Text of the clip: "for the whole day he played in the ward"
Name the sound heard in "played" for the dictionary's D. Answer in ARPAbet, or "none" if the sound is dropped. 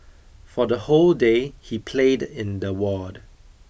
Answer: D